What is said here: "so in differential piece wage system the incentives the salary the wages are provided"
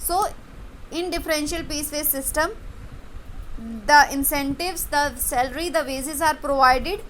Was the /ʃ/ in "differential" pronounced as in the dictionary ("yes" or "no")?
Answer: yes